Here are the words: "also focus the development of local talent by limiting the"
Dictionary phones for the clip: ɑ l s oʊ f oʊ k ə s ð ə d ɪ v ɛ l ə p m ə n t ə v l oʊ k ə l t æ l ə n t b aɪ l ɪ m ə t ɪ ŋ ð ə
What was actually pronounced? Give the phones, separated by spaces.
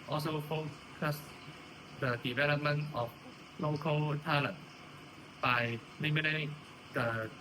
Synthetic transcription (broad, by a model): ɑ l s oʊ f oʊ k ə s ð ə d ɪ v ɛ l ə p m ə n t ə f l oʊ k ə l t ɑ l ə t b aɪ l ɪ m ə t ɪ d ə